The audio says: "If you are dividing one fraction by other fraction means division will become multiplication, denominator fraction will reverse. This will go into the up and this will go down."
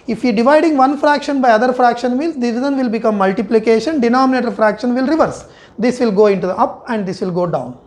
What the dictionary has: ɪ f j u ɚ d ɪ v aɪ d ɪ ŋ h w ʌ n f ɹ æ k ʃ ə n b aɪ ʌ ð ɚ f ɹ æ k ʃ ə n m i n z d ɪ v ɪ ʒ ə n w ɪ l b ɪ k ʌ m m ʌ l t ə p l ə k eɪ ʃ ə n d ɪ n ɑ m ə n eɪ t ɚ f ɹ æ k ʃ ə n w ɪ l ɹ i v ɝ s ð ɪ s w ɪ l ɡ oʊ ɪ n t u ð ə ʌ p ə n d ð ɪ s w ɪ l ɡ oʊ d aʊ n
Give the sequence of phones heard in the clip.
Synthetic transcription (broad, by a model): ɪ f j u d ɪ v aɪ d ɪ ŋ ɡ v ʌ n f ɹ æ k ʃ ə n b aɪ ʌ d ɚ f ɹ æ k ʃ ə n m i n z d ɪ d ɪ z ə n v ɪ l b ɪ k ʌ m m ʌ l t ə p l ə k eɪ ʃ ə n d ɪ n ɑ m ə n eɪ t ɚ f ɹ æ k ʃ ə n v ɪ l ɹ i v ɝ s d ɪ s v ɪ l ɡ oʊ ɪ n t u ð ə ʌ p ə n d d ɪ s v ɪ l ɡ oʊ d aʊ n